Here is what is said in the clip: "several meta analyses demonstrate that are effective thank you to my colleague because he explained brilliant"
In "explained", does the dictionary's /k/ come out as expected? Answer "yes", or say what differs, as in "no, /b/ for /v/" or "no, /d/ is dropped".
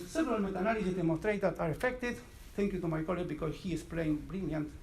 no, /k/ is dropped